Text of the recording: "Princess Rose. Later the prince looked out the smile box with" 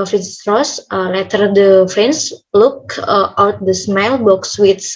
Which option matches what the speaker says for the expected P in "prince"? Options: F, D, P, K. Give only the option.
F